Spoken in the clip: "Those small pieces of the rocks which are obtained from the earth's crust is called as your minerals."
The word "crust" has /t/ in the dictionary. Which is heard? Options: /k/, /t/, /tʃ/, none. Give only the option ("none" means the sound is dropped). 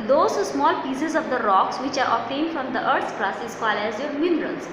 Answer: none